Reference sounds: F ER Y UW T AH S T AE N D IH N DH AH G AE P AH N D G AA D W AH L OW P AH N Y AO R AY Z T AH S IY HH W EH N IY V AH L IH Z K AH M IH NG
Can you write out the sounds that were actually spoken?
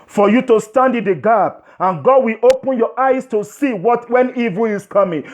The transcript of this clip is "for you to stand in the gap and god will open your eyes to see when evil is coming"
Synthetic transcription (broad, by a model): F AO Y UW T AH S T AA N D IH N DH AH G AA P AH N G AA D W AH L OW P AH N Y AO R AY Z T AH S IY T W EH N IY V AH L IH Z K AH M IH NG